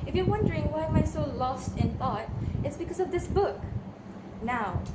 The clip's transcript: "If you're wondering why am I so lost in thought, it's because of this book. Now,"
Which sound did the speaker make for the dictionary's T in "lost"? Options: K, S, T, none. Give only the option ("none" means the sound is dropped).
T